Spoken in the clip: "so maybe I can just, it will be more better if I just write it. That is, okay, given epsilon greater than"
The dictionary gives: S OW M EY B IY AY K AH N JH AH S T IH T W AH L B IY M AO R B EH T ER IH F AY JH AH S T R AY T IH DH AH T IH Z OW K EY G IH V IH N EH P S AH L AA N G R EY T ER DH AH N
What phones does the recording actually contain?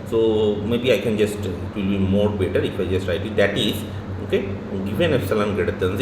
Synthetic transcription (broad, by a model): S OW M EY B IY AY K AH N JH AH S T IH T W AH L B IY M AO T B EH T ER IH F AY JH AH S T R AY T IH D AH T IH Z OW K EY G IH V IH N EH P S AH L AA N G EY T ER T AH N